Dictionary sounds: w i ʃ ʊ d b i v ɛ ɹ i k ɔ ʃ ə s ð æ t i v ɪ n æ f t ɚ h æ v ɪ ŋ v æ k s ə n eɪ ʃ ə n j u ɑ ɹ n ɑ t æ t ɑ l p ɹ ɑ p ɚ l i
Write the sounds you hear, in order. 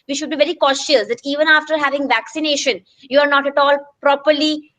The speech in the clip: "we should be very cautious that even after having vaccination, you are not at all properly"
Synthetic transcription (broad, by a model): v i ʃ ʊ d b i v ɛ ɹ i k ɔ ʃ ə s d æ t i v ɪ n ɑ f t ɚ h æ v ɪ ŋ v æ k s ə n eɪ ʃ ə n j u ɑ ɹ n ɑ t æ t ɑ l p ɹ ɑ p ɚ l i